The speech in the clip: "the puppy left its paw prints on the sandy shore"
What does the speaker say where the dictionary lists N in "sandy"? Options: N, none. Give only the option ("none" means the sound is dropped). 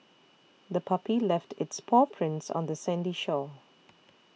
N